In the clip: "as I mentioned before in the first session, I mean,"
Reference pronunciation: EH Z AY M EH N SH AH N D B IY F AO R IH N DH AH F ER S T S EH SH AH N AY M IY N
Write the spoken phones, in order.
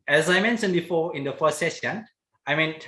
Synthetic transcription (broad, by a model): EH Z AY M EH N S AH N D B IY F AO IH N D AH F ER S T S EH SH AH N AY M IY N